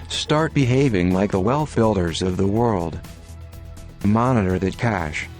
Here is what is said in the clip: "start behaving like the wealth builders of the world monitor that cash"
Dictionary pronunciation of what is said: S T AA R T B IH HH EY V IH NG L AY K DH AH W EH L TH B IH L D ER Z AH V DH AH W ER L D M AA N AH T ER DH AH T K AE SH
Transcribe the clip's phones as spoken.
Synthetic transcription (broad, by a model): S T AA R T B IH HH EY V IH NG L AY K DH AH W EH L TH B IH L D ER Z AH V DH AH W ER L D M AA N AH T ER DH AH T K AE SH